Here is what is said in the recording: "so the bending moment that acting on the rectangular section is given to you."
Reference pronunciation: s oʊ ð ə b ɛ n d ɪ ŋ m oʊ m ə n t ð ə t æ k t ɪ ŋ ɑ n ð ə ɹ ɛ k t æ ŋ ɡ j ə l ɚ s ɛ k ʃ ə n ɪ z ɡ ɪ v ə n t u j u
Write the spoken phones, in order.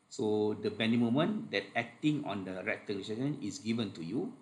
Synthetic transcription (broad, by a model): s oʊ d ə b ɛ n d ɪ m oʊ m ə n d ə t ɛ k t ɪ ŋ ɑ n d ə ɹ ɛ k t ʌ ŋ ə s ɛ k ə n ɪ s ɡ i v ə n t u j u